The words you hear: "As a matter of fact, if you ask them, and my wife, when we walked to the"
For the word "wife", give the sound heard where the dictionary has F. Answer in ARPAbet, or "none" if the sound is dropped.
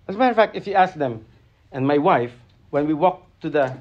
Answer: F